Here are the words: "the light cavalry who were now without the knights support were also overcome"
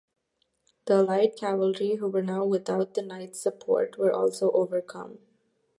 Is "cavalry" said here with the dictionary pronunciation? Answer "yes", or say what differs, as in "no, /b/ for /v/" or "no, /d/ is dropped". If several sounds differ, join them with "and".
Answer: yes